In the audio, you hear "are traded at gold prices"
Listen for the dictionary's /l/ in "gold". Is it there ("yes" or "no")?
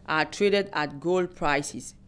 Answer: yes